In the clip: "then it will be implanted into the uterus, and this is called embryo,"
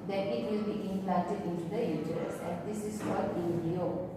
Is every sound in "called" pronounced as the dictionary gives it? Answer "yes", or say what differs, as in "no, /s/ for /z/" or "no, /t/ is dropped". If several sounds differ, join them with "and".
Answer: no, /l/ is dropped